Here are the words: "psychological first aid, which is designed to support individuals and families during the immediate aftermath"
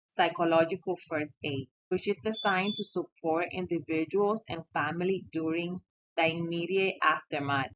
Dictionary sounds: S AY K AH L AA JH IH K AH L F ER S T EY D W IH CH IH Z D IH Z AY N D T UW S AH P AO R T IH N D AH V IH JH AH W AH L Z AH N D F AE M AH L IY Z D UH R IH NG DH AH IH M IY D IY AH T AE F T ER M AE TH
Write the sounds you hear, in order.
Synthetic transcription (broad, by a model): S AY K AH L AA JH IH K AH L F ER S T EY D W IH CH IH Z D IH S AY N T UW S AH P AO R T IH N D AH V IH JH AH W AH L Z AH N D F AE M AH L IY D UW R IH NG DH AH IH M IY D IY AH T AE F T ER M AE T